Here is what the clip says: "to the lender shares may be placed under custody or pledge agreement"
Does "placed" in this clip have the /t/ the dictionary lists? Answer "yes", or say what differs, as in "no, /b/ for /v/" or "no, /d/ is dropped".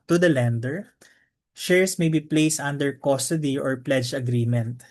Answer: yes